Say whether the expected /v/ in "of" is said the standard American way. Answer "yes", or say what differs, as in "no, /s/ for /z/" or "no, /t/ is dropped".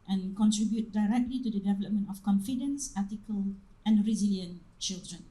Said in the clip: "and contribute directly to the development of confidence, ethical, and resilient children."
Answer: no, /f/ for /v/